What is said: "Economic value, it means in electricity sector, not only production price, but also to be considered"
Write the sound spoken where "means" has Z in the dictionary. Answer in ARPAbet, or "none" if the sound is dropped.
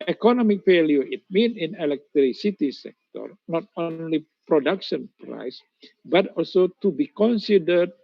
none